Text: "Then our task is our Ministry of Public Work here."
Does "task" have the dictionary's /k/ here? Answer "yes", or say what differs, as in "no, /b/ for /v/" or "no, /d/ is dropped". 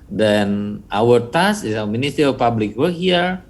no, /k/ is dropped